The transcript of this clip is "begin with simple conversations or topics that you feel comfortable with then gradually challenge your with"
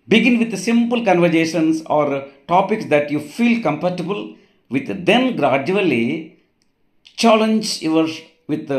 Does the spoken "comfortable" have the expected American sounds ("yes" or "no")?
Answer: no